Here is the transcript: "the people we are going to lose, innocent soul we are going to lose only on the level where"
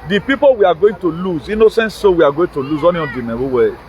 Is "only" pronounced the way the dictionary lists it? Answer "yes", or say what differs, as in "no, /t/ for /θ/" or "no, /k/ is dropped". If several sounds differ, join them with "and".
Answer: no, /l/ is dropped